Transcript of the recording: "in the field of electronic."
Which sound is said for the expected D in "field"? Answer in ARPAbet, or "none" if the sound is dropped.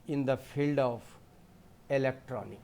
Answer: D